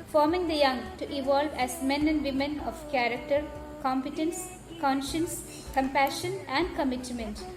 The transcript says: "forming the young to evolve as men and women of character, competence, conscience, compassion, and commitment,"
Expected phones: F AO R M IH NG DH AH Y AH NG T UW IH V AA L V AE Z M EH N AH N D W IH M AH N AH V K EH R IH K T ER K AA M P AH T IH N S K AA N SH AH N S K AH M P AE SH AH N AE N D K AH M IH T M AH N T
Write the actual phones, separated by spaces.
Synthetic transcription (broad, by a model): F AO R M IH NG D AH Y AH NG T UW IH V AA L V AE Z M EH N AH N D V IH M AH N AH V K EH R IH K T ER K AA M P AH T IH N S K AA N SH AH N S K AH M P AE SH AH N AE N D K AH M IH T M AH N T